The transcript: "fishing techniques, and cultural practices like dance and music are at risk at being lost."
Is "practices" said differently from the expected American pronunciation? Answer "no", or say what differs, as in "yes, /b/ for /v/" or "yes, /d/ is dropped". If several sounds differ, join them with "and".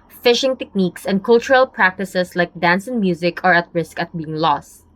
yes, /s/ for /z/